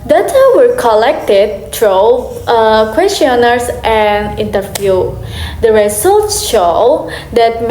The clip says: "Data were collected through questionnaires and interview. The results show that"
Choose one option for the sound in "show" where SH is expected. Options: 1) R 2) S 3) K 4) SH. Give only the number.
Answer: 4